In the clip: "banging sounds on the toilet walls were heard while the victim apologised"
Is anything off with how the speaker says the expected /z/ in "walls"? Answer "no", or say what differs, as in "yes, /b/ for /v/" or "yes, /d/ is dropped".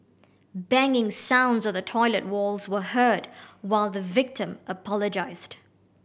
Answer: no